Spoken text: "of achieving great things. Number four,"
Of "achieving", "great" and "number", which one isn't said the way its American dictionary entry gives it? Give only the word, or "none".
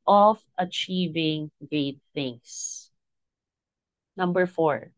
great